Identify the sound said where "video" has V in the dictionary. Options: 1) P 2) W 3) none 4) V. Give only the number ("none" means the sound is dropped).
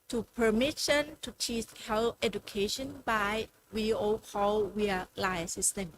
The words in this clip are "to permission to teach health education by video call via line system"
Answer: 2